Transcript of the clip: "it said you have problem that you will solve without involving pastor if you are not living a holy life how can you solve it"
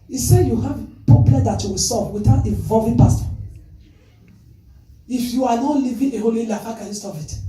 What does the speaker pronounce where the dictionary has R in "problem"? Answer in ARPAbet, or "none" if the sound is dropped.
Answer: none